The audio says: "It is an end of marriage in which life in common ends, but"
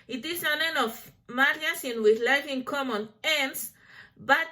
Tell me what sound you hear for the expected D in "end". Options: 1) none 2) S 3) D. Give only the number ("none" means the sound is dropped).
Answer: 1